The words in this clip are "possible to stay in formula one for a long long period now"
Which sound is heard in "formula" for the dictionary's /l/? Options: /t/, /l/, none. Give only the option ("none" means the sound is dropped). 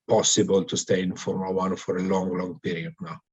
none